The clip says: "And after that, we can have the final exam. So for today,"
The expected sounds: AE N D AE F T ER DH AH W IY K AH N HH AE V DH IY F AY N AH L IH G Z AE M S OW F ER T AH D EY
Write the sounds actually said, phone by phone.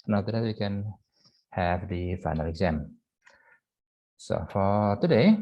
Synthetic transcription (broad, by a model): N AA T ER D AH W IY K AH N HH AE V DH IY F AY N AH L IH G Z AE M S OW F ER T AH D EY